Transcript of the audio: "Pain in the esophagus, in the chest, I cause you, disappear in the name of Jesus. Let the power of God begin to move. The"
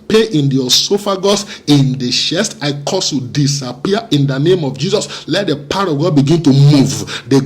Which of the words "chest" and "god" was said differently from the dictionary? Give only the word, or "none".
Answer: chest